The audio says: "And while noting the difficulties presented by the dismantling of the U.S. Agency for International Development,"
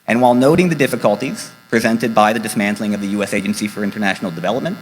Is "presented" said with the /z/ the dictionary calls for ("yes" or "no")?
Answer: yes